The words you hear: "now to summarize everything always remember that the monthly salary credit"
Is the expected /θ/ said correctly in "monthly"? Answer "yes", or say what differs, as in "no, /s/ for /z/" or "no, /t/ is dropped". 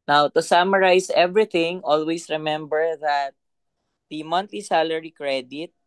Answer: no, /t/ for /θ/